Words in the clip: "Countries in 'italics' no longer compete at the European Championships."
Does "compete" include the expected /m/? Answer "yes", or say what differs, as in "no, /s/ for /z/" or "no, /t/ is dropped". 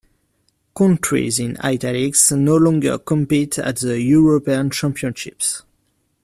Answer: yes